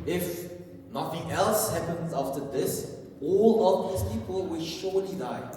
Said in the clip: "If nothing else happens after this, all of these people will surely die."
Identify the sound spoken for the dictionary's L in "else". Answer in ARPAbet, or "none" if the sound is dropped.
L